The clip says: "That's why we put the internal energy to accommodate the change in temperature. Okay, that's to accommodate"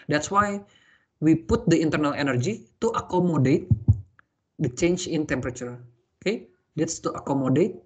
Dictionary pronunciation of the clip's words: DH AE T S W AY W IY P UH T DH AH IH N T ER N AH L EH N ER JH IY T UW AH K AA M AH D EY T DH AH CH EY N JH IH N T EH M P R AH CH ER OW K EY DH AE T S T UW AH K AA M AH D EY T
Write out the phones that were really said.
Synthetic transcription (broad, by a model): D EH T S W AY W IY P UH T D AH IH N T ER N AH L EH N ER JH IY T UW AH K AA M AH D EY T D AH CH EY N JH IH N T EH M P R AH CH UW OW K EY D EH T S T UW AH K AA M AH D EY T